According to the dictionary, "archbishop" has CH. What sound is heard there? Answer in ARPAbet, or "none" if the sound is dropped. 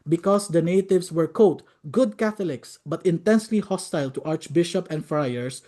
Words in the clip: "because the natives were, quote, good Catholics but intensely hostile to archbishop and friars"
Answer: CH